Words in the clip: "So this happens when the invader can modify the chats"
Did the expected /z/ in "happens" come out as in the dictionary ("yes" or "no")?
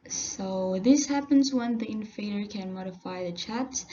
yes